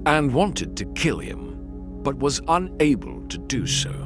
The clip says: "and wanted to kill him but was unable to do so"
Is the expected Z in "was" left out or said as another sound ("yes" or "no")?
no